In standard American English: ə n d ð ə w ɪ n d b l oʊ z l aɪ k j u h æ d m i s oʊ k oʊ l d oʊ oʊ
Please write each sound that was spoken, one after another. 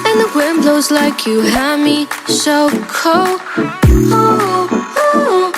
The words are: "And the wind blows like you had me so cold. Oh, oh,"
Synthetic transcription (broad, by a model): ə n ð ə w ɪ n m b l oʊ z l aɪ k j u h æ m i ʃ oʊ k oʊ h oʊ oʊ